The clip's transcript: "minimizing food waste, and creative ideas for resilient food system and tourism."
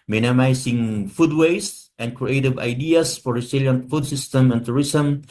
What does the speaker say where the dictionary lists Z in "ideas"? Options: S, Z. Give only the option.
S